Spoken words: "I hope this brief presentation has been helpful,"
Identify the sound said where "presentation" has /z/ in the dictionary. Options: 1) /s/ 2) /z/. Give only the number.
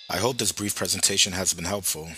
2